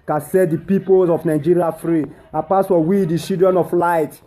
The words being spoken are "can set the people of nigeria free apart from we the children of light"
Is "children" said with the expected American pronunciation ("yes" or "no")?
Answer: no